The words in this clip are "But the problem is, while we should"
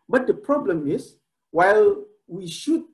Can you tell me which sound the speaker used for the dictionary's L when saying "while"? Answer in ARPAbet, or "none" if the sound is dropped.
L